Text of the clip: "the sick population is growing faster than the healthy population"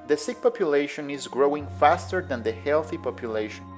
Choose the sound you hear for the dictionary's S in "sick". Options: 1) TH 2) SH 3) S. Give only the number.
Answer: 3